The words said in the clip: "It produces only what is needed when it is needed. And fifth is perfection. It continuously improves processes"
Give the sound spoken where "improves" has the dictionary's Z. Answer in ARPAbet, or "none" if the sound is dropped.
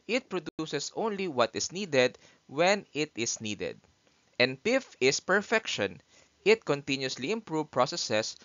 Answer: none